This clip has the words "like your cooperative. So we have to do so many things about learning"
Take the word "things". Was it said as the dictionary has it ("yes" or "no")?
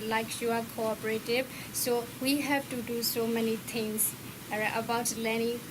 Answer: no